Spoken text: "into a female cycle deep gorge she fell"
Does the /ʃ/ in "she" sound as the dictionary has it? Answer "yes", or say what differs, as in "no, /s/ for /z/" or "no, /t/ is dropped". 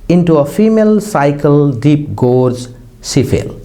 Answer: no, /s/ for /ʃ/